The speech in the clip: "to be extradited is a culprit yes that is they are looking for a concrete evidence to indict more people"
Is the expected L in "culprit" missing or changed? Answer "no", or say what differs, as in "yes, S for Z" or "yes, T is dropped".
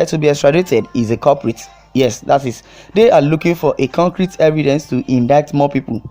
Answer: yes, L is dropped